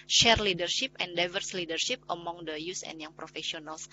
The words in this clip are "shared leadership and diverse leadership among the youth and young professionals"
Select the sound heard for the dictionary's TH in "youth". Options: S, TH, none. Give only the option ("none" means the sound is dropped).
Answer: S